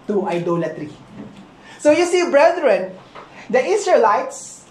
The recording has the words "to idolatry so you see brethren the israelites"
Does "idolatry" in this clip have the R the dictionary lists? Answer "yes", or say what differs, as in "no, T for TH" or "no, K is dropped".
yes